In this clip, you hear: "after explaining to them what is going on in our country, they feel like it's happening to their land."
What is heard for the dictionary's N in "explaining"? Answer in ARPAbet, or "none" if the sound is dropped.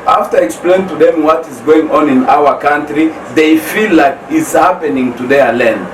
none